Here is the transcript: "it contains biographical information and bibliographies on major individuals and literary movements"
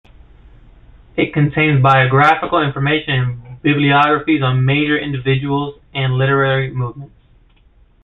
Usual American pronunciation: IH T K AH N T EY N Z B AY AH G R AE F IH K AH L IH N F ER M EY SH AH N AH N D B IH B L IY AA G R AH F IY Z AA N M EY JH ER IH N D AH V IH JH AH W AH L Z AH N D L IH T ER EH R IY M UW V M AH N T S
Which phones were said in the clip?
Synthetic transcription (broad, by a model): IH T K AH N T EY N Z B AY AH G R AE F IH K L IH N F ER M EY SH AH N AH N B IH B L IY AA G R AH F IY Z N M EY JH ER IH N D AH V IH JH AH W L Z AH N L IH T ER EH R IY M UW V M AH N T S